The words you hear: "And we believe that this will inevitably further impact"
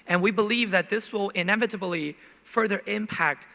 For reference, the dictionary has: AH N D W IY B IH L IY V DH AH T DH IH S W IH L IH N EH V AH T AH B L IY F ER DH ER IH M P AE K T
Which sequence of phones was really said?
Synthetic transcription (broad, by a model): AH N W IY B IH L IY V DH AH T DH IH S W IH L IH N EH V AH T AH B L IY F ER DH ER IH M P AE K T